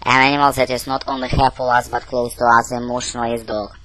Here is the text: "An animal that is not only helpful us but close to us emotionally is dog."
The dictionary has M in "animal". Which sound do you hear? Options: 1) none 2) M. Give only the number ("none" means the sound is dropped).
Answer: 2